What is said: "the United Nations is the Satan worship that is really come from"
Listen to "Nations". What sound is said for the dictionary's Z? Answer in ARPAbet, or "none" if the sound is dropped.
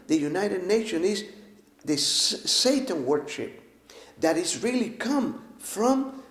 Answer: none